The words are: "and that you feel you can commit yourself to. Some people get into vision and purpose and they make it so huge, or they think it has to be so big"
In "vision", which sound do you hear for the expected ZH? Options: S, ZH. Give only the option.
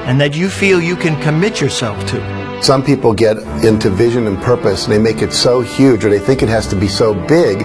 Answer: ZH